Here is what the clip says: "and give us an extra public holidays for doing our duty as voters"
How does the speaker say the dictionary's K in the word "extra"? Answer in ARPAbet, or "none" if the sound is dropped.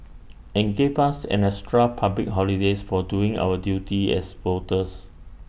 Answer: none